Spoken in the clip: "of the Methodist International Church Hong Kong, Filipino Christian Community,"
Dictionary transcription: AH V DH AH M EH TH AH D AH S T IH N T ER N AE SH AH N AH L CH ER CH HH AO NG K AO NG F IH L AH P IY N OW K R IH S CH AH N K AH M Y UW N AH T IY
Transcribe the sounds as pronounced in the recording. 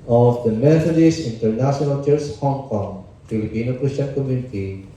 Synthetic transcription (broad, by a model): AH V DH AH M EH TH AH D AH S IH N T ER N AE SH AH N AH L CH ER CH HH AO NG K AO NG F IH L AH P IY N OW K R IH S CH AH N K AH M Y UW N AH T IY